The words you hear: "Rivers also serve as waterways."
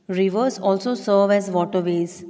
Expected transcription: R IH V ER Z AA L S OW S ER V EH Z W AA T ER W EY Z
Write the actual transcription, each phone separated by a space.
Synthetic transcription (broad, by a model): R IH V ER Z AA L S OW S ER V EH Z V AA T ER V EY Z